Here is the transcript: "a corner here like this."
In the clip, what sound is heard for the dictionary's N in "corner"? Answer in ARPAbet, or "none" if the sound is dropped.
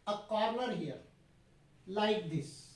L